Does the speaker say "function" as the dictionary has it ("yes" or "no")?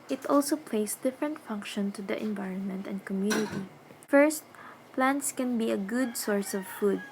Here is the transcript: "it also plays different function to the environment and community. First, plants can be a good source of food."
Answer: yes